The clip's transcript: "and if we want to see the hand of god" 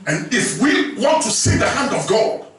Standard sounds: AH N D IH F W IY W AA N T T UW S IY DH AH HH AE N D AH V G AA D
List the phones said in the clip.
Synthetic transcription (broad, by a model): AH N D IH F W IY W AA N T T UW S IY DH AH HH AE N D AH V G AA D